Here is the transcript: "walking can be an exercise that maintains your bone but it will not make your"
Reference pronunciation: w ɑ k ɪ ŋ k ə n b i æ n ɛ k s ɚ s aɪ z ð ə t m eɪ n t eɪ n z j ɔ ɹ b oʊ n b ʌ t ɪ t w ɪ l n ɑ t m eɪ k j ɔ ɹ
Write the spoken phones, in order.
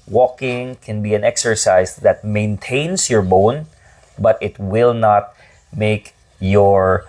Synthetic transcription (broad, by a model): w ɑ k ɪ ŋ k ə n b i æ n ɛ k s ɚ s aɪ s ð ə t m eɪ n t eɪ n s j ɔ ɹ b oʊ n b ʌ t ɪ t w ɪ l n ɑ t m eɪ k j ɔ ɹ